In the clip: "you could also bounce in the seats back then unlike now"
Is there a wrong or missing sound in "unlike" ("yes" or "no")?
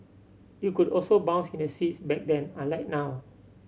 yes